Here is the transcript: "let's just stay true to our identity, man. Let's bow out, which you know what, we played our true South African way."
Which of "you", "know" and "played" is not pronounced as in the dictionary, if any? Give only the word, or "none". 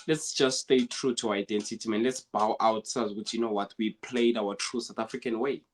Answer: none